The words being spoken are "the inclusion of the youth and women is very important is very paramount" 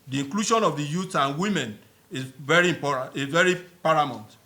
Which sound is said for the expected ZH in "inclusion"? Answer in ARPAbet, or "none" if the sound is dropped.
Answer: SH